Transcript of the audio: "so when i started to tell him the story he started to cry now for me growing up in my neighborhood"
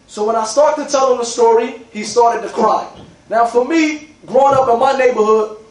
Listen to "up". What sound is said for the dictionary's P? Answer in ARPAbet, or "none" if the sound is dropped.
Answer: P